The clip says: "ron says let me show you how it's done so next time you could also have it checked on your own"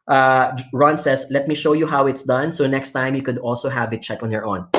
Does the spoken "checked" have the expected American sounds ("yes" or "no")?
no